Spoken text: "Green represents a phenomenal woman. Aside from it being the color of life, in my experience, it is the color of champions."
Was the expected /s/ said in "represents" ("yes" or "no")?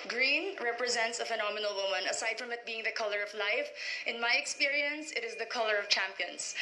yes